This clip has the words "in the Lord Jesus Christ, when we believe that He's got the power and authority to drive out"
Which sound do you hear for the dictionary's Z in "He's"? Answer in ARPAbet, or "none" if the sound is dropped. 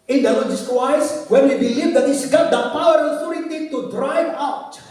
S